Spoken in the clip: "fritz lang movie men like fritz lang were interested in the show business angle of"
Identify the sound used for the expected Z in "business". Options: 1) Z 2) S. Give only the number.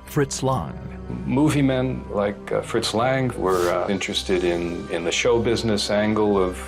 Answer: 1